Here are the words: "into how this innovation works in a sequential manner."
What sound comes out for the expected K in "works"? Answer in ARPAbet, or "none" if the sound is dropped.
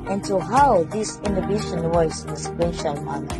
none